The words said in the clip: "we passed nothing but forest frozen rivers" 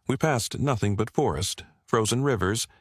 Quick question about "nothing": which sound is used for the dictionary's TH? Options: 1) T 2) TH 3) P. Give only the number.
2